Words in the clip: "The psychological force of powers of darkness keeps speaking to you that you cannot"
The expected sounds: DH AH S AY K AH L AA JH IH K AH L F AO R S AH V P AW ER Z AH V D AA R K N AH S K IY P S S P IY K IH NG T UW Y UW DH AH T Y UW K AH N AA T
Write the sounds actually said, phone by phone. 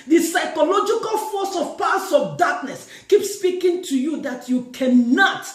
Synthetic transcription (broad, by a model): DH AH S AY K AH L AA JH IH K AH L F AO S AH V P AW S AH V D AA K N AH S K IY P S S P IY K IH NG T UW Y UW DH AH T Y UW K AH N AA T